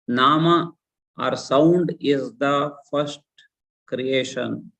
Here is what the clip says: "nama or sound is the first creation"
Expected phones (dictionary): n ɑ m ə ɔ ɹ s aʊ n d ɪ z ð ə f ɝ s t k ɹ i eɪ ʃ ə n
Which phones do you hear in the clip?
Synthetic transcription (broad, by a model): n ɑ m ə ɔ ɹ s aʊ n d ɪ z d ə f ɝ s t k ɹ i eɪ ʃ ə n